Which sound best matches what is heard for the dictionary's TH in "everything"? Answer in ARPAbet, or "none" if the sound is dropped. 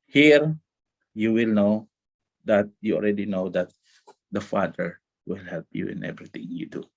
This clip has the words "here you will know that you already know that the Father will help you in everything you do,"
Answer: T